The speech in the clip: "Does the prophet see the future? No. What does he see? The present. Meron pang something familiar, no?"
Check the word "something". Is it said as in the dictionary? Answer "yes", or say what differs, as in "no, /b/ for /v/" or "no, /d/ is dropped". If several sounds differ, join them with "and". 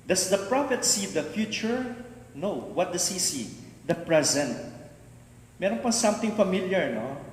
no, /t/ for /θ/